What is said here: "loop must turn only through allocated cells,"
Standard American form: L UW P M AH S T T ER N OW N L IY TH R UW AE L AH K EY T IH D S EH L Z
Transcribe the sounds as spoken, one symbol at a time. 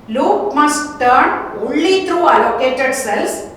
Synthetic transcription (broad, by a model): L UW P M AH S T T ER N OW L IY T R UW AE L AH K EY T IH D S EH L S